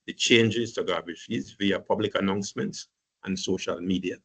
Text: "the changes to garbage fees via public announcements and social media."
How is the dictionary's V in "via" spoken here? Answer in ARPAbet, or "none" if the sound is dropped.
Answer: V